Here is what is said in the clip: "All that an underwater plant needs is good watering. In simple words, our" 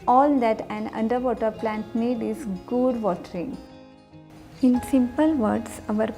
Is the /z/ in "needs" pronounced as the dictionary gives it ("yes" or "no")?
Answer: no